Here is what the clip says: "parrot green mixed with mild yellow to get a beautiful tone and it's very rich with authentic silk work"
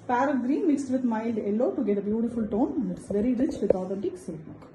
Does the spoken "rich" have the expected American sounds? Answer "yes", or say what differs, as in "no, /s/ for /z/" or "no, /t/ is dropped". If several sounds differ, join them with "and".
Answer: yes